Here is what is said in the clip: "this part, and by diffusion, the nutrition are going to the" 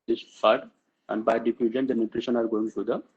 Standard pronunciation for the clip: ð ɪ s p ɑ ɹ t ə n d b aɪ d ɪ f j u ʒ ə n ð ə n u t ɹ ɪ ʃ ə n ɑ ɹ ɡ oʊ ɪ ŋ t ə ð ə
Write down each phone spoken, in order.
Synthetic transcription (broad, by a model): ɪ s f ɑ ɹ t ə n d b aɪ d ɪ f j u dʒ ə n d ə n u t ɹ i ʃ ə n ɑ ɹ ɡ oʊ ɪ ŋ s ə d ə